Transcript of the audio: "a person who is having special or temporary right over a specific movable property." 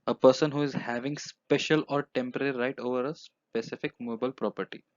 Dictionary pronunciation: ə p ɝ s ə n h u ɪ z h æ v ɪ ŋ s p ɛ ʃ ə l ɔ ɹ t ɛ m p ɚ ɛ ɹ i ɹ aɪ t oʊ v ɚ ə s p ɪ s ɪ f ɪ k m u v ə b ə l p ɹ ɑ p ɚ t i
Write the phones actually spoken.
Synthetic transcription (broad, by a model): ə p ɝ s ə n h u ɪ z h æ v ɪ ŋ s p ɛ ʃ ə l ɔ ɹ t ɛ m p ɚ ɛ ɹ i ɹ aɪ t oʊ v ɚ ə s p ɪ s ɪ f ɪ k m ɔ b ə ə l p ɹ ɑ p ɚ t i